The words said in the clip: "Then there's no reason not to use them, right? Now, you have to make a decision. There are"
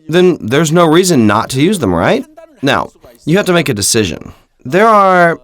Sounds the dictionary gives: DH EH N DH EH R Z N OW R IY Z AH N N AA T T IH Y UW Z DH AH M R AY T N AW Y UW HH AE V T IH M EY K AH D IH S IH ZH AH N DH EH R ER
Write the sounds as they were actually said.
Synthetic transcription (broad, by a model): DH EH N DH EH R Z N OW R IY Z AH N N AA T T IH Y UW Z DH AH M R AY T N AW Y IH HH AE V T IH M EY K AH D IH S IH ZH AH N DH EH R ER